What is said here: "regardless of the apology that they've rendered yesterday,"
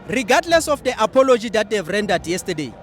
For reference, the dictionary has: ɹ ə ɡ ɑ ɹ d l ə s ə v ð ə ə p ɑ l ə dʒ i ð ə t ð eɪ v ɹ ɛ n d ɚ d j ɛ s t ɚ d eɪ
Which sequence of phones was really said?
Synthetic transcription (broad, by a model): ɹ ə ɡ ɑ d l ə s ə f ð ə ə p ɑ l ə dʒ i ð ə t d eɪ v ɹ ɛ n d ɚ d j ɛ s t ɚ d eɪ